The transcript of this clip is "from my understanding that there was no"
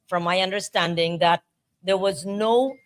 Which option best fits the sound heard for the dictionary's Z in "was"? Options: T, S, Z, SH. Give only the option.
Z